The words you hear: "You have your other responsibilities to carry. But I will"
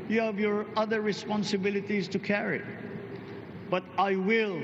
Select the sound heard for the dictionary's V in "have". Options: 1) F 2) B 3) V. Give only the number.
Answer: 3